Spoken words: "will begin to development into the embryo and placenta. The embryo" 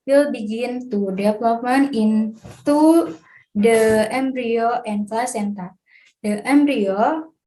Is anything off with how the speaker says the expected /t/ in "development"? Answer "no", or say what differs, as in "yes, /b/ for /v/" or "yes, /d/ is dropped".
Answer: yes, /t/ is dropped